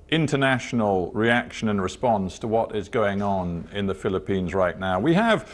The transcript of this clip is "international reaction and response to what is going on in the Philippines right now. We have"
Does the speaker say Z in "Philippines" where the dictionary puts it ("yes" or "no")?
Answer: yes